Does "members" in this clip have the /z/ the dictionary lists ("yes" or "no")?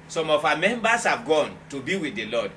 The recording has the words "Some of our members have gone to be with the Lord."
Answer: no